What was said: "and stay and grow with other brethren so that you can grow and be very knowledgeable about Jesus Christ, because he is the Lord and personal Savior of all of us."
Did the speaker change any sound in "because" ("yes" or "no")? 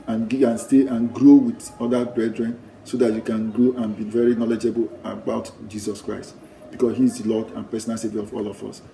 yes